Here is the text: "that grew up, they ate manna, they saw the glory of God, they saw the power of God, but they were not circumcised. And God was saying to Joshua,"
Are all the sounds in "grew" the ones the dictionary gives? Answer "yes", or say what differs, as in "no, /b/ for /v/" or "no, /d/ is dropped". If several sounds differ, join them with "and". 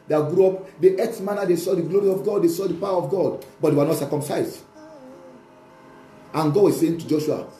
yes